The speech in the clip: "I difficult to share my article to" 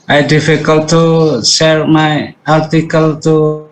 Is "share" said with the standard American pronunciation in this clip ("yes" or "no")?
no